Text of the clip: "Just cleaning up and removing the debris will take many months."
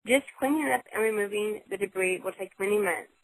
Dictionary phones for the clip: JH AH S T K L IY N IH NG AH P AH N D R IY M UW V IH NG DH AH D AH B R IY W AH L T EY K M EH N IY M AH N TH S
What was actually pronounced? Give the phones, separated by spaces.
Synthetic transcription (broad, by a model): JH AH S T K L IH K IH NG AH P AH N R IY M UW V IH NG DH AH D AH B R IY W AH L T EY K M EH N IY M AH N